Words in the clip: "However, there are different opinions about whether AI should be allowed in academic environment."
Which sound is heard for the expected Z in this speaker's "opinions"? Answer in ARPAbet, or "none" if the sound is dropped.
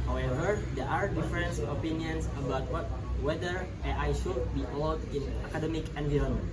S